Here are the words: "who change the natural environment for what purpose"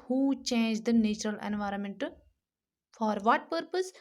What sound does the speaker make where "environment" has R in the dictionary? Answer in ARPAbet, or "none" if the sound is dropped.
R